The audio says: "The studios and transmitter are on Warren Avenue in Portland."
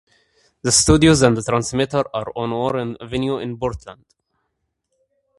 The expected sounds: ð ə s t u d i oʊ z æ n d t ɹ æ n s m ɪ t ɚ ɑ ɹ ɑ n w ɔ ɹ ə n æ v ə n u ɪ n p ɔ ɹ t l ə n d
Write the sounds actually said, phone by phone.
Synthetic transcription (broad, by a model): ð ə s t u d i oʊ z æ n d t ɹ æ n s m ɪ t ɚ ɑ ɹ ɑ n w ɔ ɹ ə n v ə n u ɪ n b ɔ ɹ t l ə n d